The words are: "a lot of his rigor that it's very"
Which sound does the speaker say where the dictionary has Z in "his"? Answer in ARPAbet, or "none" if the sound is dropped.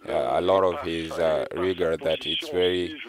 Z